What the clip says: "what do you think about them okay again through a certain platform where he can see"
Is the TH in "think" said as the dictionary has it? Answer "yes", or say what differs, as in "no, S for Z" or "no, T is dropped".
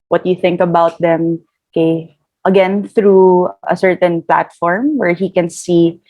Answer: yes